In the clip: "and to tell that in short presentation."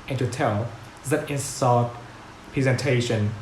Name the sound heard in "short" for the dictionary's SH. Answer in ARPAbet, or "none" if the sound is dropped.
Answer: S